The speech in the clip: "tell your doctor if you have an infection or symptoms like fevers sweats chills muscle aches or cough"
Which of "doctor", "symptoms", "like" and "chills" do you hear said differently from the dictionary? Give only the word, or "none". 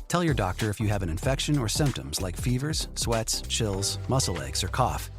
none